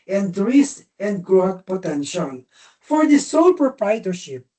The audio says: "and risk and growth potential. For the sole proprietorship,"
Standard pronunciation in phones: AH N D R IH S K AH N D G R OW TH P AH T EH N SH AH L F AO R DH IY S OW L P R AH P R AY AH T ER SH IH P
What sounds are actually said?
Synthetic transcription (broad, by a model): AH N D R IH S AH N D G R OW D P AH T EH N SH AH L F AO R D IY S OW L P R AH P R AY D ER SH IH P